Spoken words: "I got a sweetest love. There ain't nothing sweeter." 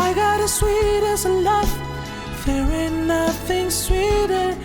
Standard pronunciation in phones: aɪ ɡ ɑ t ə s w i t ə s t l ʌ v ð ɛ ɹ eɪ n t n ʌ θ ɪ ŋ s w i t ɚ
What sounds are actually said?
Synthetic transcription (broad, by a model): aɪ ɡ ɑ t ə s w i t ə s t l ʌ f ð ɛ w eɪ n n ʌ θ ɪ ŋ s w i t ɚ